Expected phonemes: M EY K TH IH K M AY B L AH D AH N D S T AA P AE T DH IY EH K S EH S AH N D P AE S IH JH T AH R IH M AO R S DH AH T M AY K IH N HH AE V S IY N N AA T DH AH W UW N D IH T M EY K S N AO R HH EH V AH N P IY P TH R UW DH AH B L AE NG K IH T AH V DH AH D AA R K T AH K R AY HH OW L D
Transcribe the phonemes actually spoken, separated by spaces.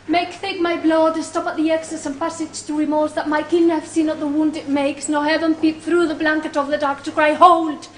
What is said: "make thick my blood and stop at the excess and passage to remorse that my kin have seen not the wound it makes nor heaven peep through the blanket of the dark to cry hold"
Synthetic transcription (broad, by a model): M EY K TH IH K M AY B L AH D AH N S T AA P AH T DH IY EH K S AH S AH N P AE S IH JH T AH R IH M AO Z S DH AH T M AY K IH N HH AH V S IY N N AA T DH AH W UW N D IH T M EY K S N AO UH HH EH V AH N P IY P TH R UW DH AH B L AE NG K IH T AH V DH AH D AA R K T AH K R AY HH OW L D